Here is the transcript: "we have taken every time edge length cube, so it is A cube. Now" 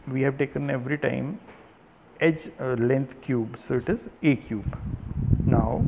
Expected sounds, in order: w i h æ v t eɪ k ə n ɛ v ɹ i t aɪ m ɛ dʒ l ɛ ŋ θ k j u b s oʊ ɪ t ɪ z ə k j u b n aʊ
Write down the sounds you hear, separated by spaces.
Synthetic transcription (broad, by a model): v i h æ v t eɪ k ə n ɛ v ɹ i t aɪ m ɛ dʒ l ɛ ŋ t k j u b s oʊ ɪ t ɪ z ə k j u b n aʊ